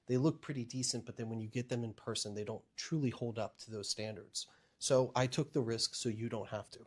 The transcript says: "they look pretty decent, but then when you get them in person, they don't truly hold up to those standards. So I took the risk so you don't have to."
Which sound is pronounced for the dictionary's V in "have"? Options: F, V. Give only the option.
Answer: F